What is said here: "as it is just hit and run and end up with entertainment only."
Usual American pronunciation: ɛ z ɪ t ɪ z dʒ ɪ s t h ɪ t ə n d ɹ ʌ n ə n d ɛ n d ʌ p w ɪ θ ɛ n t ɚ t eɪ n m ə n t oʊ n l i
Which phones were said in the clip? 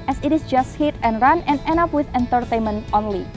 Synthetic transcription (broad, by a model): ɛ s ɪ t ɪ s dʒ ɪ s t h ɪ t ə n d ɹ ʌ n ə n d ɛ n ʌ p w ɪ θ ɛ n t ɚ t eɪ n m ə n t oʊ n l i